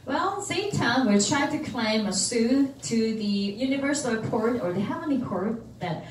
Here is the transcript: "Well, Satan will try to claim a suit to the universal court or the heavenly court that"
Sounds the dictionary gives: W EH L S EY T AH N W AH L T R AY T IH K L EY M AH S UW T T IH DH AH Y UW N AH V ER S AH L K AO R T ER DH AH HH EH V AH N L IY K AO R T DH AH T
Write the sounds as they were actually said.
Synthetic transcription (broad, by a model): W EH L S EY T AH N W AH T R AY T IH K L EY M AH S UW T T IH DH AH Y UW N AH V ER S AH K AO R T ER DH AH HH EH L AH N IY K AO R T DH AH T